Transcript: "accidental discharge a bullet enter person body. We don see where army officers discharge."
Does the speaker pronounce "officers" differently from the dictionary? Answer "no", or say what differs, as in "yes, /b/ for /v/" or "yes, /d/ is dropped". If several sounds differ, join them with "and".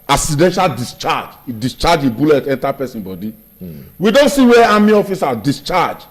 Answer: yes, /z/ is dropped